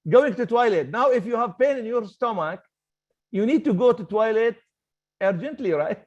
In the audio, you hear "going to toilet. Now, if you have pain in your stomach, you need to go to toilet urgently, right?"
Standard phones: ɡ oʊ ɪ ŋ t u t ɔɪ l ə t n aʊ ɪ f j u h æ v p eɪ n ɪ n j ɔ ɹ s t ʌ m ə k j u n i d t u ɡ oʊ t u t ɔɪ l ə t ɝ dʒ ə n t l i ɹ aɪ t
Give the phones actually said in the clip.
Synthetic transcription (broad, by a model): ɡ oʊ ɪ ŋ t u t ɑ l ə t n aʊ ɪ f j u h æ v p eɪ n ɪ n j ɔ ɹ s t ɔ m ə k j u n i d t u ɡ oʊ t u t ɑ l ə t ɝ dʒ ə n t l i ɹ aɪ t